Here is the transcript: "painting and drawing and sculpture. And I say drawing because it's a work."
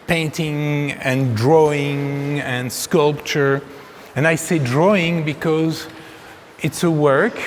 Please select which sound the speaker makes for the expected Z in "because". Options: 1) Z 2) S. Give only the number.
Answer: 1